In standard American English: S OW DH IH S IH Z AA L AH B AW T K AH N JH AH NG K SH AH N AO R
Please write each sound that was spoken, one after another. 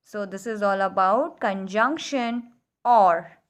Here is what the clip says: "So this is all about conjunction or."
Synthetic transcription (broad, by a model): S OW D IH S IH Z AA L AH B AW T K AH N JH AH NG K SH AH N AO R